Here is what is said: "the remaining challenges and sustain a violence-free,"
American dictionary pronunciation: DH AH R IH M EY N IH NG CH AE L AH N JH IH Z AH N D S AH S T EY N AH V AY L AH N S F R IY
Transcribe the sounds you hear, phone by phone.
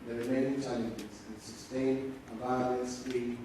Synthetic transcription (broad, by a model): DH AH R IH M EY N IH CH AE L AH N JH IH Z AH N S AH S T EY N AH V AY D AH S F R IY